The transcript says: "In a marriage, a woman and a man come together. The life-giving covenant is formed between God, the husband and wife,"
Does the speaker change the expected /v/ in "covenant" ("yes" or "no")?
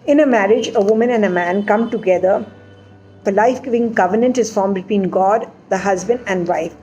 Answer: no